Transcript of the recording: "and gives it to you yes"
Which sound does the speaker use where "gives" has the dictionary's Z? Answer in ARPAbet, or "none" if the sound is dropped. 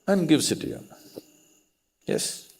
S